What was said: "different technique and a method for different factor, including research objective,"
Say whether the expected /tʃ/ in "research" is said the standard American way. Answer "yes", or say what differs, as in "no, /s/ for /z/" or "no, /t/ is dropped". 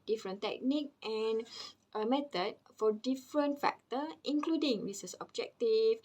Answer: no, /s/ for /tʃ/